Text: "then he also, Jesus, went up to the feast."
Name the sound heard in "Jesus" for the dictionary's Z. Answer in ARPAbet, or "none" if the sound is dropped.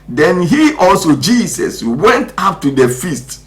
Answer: S